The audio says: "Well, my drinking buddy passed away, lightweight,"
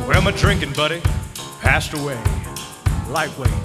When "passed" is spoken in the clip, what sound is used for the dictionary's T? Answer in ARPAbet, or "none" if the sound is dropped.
T